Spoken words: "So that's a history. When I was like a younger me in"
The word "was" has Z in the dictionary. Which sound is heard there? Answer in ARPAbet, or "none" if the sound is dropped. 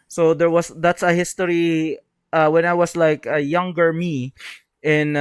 S